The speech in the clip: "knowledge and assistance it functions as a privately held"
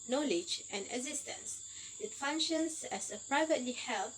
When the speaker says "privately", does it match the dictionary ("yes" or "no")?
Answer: yes